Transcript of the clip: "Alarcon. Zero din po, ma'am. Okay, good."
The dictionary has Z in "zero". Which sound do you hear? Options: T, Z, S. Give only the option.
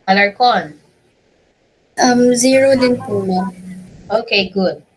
Z